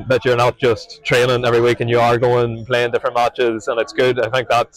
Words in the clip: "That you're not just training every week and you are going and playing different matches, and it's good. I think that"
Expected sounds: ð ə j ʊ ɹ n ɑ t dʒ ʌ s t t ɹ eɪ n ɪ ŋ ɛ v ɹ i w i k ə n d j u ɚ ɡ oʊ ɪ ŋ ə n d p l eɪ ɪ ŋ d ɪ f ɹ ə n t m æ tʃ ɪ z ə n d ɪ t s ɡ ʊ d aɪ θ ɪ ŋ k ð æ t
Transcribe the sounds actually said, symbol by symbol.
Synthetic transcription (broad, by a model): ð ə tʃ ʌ ɹ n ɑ t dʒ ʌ s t t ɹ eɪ l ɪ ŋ ɛ v ɹ i w i k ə n j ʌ ɚ ɡ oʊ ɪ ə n p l eɪ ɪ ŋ d ɪ f ɹ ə n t m æ tʃ ɪ z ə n ɪ t s ɡ ʊ d aɪ θ ɪ ŋ k ð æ t